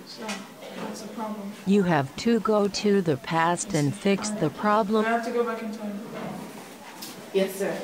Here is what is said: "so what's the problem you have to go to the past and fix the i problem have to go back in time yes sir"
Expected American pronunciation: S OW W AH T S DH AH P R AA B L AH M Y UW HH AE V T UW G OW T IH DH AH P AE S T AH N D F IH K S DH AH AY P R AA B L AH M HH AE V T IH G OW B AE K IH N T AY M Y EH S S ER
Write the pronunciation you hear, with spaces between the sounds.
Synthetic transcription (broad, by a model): S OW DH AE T S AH P R AA B L AH M Y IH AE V T UW G OW T IH DH AH P AE S T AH N F IH K S DH AH P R AA B L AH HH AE F T IH G OW B AE K IH N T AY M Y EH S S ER